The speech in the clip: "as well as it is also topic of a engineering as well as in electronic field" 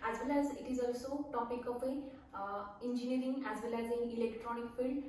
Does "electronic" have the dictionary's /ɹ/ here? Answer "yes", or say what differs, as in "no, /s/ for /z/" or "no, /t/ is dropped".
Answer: yes